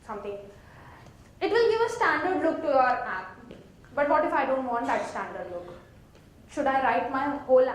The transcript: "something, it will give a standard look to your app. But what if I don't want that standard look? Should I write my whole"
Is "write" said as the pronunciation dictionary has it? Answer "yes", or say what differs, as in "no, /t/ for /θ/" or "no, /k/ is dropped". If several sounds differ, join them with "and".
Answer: yes